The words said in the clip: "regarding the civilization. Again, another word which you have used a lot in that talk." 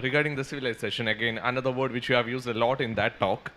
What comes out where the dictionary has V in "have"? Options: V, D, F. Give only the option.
V